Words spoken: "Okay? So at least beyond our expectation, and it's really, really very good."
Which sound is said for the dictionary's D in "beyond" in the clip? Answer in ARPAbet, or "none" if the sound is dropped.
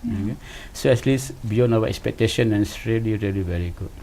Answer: none